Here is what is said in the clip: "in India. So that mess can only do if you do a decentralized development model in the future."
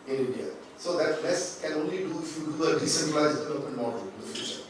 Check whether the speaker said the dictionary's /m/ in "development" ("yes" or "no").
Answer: no